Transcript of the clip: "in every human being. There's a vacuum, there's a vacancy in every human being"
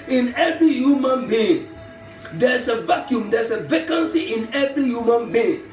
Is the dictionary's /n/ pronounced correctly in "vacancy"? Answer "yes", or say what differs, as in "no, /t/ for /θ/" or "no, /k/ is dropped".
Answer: yes